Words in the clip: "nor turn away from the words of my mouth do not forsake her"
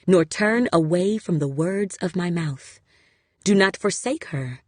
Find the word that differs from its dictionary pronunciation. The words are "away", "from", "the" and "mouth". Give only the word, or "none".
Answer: none